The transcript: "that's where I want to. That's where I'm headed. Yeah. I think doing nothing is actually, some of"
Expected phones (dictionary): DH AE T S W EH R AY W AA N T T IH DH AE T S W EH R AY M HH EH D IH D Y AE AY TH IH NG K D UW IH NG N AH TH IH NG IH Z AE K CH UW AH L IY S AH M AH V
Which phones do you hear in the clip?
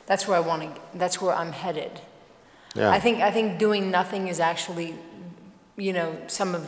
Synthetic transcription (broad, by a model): DH AE T S W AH R AY W AA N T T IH DH AE T S W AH R AY M HH EH D IH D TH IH AY TH IH NG K D UW IH NG N AH TH IH NG IH Z AE K CH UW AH N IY S AH M AH V